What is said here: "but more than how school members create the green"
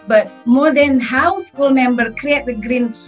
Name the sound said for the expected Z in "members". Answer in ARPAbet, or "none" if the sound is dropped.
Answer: none